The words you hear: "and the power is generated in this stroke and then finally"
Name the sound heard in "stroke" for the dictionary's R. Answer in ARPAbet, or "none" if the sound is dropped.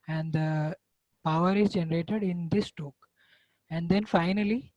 none